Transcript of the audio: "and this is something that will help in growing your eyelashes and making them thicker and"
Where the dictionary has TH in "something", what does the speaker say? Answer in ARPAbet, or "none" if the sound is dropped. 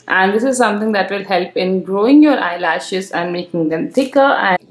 T